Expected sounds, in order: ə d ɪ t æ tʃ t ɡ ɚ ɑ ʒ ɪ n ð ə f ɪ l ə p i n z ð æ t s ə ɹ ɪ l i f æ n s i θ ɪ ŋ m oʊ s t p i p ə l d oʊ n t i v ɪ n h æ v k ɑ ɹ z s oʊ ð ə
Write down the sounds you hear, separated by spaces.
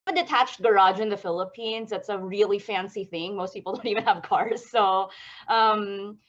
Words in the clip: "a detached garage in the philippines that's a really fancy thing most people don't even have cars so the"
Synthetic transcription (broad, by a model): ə d ɪ t æ tʃ t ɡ ɚ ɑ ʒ ɪ n ð ə f ɪ l ə p i n z ð æ t s ə ɹ ɪ l i f æ n s i θ ɪ ŋ m oʊ s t p i p l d oʊ n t i v ɪ n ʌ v k ɑ ɹ z s oʊ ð ə